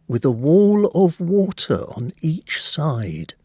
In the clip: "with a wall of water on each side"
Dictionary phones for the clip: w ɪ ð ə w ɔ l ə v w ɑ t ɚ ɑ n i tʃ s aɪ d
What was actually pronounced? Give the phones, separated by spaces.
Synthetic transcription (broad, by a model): w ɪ ð ə w ɔ l ə v w ɑ t ɚ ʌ n i tʃ s aɪ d